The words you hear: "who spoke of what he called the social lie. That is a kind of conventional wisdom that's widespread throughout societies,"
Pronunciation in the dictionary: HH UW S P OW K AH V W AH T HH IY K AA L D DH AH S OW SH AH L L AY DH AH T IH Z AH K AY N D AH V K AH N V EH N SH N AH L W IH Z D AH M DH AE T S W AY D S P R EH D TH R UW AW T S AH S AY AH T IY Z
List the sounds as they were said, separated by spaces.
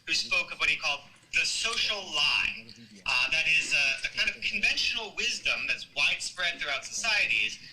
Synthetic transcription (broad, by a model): HH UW S P OW K AH V W AH T HH IY K AA L D DH AH S OW SH L L AY DH AH T IH Z AH K AY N D AH V K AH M V EH N SH N L W IH Z D AH M DH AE T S W AY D S P R EH D TH R UW AW T S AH S AY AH T IY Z